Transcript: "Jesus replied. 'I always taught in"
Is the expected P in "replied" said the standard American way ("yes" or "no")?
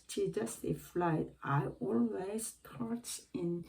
no